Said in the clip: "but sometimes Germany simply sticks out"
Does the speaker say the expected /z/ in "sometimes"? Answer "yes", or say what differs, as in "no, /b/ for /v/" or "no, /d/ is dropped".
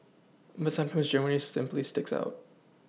yes